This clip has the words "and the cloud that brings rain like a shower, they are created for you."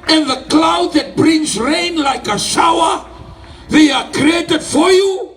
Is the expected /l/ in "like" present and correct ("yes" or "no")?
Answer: yes